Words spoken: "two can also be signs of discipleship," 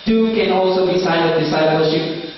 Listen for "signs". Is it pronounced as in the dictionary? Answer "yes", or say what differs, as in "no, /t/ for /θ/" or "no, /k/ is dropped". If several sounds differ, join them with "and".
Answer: no, /z/ is dropped